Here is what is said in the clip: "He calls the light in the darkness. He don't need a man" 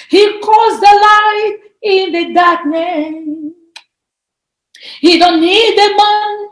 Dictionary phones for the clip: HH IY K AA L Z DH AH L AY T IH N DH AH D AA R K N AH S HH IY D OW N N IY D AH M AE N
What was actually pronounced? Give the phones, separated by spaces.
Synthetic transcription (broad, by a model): HH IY K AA Z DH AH L AY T IH N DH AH D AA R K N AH HH IY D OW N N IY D AH M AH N